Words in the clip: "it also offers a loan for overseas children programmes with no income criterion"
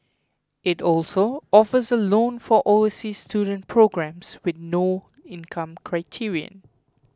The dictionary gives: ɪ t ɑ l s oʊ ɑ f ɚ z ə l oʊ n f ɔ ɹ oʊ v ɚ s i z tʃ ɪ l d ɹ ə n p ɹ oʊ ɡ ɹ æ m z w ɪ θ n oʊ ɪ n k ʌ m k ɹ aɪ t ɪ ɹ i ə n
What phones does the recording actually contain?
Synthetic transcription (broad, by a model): ɪ t ɑ l s oʊ ɑ f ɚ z ə l oʊ n f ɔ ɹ oʊ ɚ s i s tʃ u d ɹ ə n p ɹ oʊ ɡ ɹ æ m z w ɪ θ n oʊ ɪ n k ʌ m k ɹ aɪ t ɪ ɹ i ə n